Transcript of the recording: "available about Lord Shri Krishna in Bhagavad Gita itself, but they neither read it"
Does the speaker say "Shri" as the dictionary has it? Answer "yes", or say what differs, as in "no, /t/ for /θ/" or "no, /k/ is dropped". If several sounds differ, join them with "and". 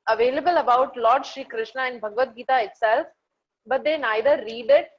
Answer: yes